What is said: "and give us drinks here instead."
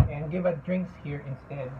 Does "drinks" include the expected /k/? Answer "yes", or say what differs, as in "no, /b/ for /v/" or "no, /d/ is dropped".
yes